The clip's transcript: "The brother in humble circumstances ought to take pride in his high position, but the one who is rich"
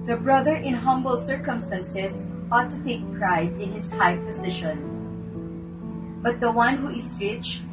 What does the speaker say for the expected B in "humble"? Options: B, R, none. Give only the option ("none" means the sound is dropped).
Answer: B